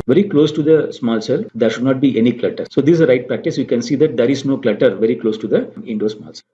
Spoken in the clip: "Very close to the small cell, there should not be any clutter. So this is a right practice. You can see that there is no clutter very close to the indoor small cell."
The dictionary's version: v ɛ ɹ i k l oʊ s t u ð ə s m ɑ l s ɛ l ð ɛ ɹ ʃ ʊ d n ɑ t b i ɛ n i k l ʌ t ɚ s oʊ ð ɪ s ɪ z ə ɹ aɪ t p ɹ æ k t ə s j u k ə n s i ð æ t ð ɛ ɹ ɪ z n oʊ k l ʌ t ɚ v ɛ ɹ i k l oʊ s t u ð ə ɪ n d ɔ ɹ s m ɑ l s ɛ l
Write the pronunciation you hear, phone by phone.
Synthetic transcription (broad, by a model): v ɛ ɹ i k l oʊ s t u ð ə s m ɑ l s ɛ l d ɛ ɹ ʃ ʊ d n ɑ t b i ɛ n i k l ʌ t ɚ s oʊ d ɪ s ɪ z ə ɹ aɪ t p ɹ æ k t ə s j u k ə n s i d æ t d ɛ ɹ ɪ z n oʊ k l ʌ t ɚ v ɛ ɹ i k l oʊ s t u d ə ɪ n d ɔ s m ɑ l s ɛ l